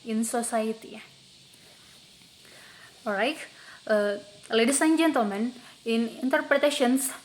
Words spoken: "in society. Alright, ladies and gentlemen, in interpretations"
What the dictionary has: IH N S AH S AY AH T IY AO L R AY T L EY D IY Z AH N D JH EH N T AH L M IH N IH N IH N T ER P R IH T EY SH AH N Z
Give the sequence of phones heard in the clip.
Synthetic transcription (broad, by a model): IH N S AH S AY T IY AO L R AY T L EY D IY S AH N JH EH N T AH M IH N IH N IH N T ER P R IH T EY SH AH N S